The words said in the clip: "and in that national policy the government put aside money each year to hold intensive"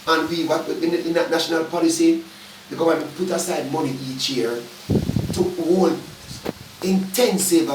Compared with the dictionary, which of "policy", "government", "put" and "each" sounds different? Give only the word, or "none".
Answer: government